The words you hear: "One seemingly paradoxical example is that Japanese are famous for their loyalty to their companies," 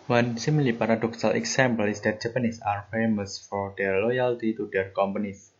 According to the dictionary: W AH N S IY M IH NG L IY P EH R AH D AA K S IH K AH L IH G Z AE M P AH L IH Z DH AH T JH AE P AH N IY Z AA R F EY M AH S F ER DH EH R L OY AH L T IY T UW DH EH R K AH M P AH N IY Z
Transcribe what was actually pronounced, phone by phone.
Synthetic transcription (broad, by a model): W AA N S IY M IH L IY P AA R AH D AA K S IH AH L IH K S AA M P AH L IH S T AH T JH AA P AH N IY S AA R F EY M AH S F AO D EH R L OY AH L T IY T UW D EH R K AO M P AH N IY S